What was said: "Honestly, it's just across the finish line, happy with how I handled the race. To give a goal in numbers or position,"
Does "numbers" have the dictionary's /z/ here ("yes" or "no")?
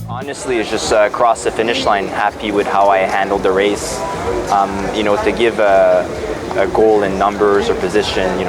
yes